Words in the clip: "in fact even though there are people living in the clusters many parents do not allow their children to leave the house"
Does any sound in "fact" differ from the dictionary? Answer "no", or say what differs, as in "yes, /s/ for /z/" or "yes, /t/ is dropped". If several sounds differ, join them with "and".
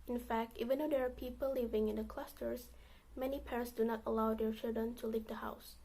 no